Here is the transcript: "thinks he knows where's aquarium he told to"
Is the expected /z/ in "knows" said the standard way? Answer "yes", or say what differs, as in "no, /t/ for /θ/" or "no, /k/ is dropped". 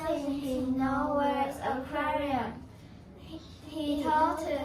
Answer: no, /z/ is dropped